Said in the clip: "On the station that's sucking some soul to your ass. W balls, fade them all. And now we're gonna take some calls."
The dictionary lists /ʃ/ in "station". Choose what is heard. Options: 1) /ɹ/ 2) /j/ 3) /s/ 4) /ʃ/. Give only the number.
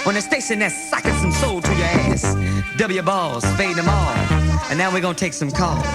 3